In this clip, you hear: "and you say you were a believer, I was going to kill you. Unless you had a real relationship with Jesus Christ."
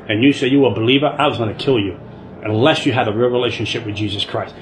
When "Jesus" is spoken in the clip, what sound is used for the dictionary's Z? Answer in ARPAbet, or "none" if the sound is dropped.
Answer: Z